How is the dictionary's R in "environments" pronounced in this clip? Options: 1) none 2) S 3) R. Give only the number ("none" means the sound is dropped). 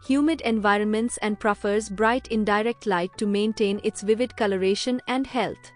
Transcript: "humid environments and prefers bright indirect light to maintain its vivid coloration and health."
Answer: 3